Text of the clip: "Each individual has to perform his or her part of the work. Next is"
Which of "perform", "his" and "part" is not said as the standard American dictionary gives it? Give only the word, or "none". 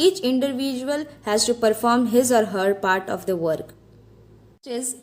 none